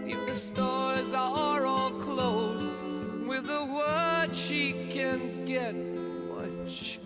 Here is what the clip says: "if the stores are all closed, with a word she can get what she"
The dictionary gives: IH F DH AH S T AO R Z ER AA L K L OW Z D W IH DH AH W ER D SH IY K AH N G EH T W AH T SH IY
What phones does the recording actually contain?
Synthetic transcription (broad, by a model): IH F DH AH S T AO R Z ER AA L K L OW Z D W IH DH AH W ER D SH IY K AH N G EH T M AH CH